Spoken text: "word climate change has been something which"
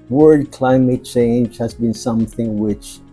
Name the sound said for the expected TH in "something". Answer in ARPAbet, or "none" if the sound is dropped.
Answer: TH